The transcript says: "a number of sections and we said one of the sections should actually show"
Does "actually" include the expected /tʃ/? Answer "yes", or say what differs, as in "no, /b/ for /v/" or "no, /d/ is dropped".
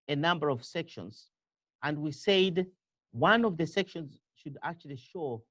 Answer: yes